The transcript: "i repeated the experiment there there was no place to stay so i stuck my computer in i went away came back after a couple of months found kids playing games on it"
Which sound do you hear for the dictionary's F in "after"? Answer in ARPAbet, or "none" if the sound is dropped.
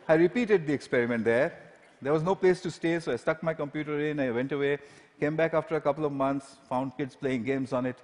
F